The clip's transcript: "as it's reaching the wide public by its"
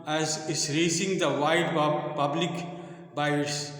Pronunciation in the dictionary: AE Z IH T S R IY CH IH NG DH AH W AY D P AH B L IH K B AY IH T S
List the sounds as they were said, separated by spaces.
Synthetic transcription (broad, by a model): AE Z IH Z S R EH S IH NG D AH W AY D P AH B L IH K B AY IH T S